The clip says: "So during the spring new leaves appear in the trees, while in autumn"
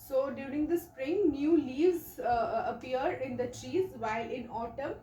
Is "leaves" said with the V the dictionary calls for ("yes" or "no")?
yes